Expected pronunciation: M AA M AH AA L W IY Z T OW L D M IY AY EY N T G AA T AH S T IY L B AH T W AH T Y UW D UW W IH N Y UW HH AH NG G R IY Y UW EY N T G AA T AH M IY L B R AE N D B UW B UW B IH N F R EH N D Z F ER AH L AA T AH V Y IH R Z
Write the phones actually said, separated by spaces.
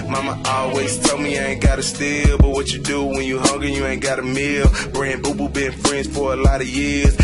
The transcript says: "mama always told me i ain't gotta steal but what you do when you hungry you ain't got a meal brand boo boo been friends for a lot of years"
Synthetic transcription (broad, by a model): M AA M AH AA L W IY Z T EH L M IY AY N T G AA T AH S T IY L B AH T W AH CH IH D UW W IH N Y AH HH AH NG G IY Y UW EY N G AA T AH M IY L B R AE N B UW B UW B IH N F R EH N D Z F ER AH L AA T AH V Y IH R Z